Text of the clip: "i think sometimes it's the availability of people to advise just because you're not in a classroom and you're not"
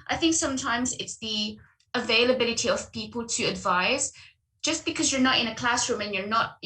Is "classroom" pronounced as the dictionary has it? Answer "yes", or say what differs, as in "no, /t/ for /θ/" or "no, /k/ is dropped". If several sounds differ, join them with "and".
yes